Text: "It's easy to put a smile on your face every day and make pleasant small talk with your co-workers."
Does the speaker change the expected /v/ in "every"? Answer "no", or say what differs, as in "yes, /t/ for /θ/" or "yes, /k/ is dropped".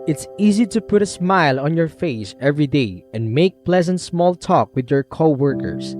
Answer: no